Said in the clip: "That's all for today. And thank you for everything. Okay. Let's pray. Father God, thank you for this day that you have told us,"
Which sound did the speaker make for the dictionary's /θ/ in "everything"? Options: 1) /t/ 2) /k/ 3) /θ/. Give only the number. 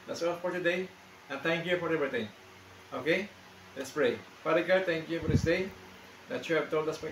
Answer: 1